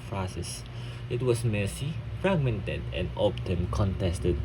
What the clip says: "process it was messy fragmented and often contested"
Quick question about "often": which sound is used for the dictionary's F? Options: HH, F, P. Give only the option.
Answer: P